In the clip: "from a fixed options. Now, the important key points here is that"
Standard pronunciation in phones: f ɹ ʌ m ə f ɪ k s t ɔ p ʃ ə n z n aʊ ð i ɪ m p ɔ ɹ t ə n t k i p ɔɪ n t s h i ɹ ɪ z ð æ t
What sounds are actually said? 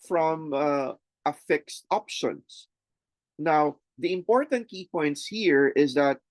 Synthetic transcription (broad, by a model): f ɹ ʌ m ə f ɪ k s t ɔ p ʃ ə n s n aʊ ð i ɪ m p ɔ ɹ t ə n t k i p ɔɪ n t s h i ɹ ɪ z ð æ t